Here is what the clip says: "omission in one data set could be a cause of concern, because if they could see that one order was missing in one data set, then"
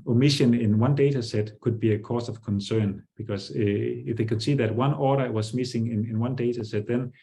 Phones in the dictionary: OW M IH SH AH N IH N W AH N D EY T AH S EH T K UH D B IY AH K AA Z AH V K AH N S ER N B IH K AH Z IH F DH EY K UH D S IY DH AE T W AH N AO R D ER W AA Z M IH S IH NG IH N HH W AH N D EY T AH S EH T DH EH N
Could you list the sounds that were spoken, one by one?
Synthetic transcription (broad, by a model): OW M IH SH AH N IH N W AH N D EY T AH S EH T K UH D B IY AH K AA S AH V K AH N S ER N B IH K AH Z IH F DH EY K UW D S IY DH AE T W AH N AO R D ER W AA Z M IH S IH NG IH N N W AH N D EY T AH S EH T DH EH N